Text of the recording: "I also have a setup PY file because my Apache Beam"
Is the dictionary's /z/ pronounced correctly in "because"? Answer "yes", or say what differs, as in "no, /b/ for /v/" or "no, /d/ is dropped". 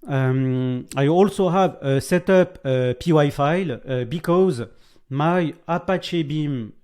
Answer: yes